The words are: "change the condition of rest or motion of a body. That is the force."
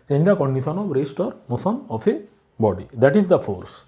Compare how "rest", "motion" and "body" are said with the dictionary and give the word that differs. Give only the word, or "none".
motion